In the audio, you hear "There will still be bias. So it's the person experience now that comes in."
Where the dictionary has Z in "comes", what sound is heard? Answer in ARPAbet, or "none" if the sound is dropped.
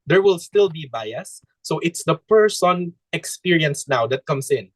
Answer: S